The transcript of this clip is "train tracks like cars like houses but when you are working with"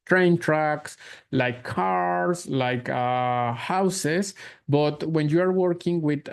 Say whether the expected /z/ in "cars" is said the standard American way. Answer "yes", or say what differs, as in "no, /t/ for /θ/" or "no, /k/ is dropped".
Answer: no, /s/ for /z/